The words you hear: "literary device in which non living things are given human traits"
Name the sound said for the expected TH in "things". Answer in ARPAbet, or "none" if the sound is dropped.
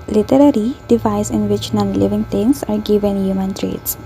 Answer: T